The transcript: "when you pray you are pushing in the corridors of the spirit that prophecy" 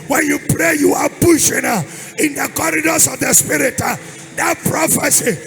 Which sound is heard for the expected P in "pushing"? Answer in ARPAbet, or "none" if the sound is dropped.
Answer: B